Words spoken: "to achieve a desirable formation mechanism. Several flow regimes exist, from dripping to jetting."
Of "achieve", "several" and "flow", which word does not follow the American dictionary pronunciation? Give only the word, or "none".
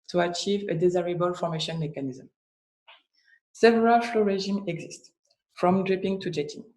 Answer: none